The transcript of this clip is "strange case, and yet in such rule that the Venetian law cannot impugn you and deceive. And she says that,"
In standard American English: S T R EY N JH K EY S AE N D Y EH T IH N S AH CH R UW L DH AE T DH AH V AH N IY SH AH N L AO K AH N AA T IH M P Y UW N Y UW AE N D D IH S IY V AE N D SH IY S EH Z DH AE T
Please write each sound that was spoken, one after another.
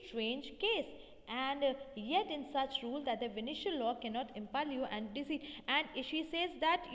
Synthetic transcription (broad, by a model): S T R EY N JH K EY S AE N D Y EH T IH N S AH CH R UW L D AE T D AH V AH N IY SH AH L AO K AH N AA T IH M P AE L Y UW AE N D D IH S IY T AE N D SH IY S EH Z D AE T